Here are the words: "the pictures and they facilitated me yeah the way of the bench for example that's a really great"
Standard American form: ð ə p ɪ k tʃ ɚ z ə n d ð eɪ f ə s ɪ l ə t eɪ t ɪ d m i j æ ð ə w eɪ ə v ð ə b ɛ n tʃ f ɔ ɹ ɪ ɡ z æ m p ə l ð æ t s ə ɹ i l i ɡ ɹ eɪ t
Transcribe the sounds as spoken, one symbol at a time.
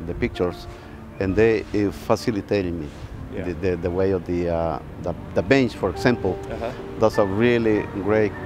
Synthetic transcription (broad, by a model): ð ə p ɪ k tʃ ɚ s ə n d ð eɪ f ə s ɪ l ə t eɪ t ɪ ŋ m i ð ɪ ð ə w eɪ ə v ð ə b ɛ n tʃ f ɔ ɹ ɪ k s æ m p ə l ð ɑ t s ə ɹ i l i ɡ ɹ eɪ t